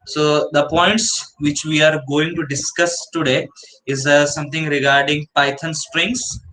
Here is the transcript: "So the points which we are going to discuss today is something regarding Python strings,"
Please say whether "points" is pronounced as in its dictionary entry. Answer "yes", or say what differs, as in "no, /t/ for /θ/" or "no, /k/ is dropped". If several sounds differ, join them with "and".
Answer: yes